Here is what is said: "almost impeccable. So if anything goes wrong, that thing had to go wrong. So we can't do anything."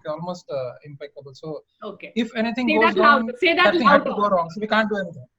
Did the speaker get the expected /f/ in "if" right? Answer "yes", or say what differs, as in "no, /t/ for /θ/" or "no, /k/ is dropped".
yes